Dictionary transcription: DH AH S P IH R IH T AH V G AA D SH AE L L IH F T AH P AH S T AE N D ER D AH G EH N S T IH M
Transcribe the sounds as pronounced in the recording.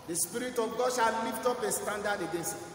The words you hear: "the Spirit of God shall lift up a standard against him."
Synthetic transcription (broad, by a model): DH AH S P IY R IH T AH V G AA D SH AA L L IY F T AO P AH S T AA N D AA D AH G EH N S IH